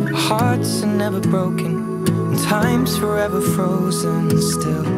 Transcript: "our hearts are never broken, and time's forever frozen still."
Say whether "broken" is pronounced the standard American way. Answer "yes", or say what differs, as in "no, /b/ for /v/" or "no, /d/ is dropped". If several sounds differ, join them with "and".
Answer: no, /k/ is dropped